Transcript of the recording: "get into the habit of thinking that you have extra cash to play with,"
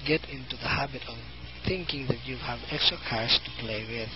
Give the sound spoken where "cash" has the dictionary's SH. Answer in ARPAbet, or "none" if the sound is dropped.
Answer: S